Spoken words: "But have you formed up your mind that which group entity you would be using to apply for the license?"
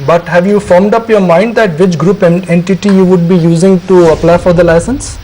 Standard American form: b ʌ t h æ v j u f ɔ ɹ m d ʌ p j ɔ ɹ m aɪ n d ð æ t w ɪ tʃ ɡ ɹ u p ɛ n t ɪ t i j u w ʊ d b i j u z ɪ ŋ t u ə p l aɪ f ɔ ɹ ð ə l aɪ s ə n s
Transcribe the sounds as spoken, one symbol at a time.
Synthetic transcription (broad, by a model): b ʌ t h æ v j u f ɔ ɹ m d ʌ p j ɔ ɹ m aɪ n d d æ t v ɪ tʃ ɡ ɹ u p ɛ n t ɪ t i j u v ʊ d b i j u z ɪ ŋ t u ə p l aɪ f ɔ ɹ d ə l aɪ s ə n s